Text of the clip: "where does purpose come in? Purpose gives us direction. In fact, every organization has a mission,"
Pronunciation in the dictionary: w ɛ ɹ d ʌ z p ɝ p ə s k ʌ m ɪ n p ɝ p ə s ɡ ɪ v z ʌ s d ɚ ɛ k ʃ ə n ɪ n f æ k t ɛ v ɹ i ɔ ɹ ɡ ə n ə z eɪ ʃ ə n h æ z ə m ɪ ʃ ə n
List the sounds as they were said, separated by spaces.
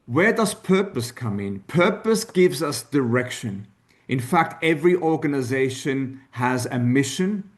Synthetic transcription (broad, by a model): w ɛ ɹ d ʌ z p ɝ p ə s k ʌ m ɪ n p ɝ p ə s ɡ ɪ v z ʌ s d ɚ ɛ k ʃ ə n ɪ n f æ k t ɛ v ɹ i ɔ ɹ ɡ ə n ə z eɪ ʃ ə n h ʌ z ə m ɪ ʃ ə n